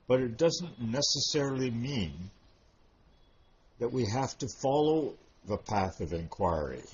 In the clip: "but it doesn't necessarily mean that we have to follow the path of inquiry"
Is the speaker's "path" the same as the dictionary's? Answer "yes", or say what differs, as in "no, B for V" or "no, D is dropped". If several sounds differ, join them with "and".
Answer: yes